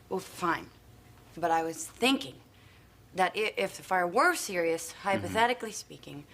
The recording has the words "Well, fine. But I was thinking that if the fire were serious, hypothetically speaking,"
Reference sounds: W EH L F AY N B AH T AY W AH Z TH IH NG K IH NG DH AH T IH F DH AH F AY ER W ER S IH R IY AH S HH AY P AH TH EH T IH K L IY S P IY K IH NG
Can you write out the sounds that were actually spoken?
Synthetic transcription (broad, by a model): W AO F AY N B AH T AY W AH Z TH IH NG K IH NG DH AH T IH F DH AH F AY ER W ER S IH R IY AH S HH AY P AH TH EH T IH K L IY S P IY K IH NG